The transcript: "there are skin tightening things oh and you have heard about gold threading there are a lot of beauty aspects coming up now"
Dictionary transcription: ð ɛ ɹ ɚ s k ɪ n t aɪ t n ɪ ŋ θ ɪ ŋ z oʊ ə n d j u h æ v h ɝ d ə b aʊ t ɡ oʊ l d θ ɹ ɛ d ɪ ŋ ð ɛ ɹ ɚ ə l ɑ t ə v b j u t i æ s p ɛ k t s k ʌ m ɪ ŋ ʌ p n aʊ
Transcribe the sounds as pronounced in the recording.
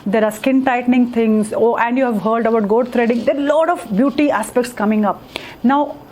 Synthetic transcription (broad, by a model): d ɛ ɹ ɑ s k ɪ n t aɪ t n ɪ ŋ t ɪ ŋ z oʊ ə n d j u h æ v h ɝ d ə b aʊ t ɡ oʊ d t ɹ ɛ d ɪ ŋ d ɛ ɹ l ɑ t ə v b j u t i æ s p ɛ k t s k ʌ m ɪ ŋ ʌ p n aʊ